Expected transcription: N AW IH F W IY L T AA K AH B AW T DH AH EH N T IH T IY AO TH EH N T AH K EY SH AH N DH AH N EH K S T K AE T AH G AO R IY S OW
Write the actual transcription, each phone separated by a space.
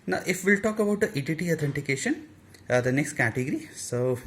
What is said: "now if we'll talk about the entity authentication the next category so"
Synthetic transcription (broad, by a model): N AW IH F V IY L T AA K AH B AW T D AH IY T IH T IY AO T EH N T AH K EY SH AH N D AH N EH K S T K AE T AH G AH R IY S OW